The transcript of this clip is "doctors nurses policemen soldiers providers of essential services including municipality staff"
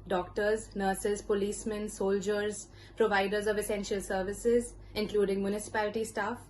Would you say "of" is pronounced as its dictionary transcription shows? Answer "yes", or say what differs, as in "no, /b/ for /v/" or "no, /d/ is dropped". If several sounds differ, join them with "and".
yes